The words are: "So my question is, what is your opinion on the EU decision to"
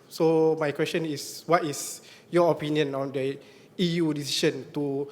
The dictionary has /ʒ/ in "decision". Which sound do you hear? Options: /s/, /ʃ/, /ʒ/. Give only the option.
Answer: /ʃ/